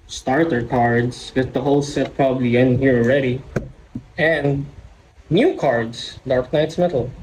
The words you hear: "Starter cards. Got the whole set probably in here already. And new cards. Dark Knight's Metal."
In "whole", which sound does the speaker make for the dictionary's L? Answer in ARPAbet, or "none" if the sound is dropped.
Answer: L